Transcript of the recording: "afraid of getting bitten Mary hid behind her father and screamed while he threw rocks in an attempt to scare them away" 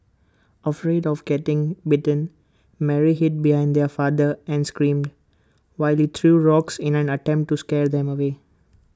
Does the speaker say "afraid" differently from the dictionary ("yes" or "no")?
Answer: no